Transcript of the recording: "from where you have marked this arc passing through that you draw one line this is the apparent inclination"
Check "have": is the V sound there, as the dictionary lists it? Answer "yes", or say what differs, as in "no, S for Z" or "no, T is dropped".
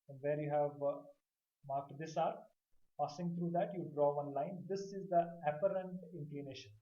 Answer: yes